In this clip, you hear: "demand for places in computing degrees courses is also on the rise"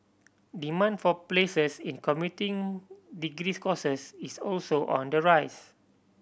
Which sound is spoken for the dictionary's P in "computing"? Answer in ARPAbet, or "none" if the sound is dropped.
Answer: none